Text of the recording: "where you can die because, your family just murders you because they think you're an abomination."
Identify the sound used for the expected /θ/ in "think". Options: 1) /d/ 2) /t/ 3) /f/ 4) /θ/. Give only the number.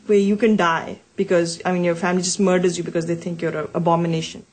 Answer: 2